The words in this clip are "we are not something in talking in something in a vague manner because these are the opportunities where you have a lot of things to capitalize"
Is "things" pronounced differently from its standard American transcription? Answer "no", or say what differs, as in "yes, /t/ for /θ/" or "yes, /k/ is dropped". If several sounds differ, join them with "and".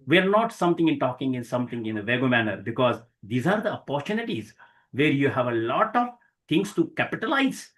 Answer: yes, /t/ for /θ/